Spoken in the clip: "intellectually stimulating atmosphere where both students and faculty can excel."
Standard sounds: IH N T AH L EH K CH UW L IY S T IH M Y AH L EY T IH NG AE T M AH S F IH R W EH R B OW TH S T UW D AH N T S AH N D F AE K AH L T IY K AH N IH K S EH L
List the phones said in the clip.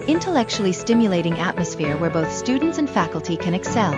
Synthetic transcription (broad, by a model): IH N T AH L EH K CH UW L IY S T IH M Y AH L EY T IH NG AE T M AH S F IH R W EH R B OW TH S T UW D N T S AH N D F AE K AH L T IY K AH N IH K S EH L